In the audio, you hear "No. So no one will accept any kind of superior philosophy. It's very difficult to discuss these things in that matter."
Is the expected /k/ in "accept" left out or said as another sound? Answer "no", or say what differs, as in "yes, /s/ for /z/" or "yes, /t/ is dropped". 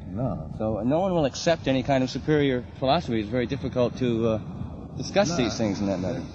no